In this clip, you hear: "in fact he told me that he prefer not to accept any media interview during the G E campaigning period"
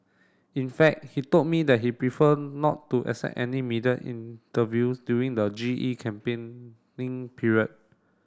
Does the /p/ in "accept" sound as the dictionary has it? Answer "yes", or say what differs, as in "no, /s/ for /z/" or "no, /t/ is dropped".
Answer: no, /p/ is dropped